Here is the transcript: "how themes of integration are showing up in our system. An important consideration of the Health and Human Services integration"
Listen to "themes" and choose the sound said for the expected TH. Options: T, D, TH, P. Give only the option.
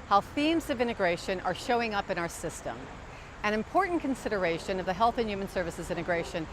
TH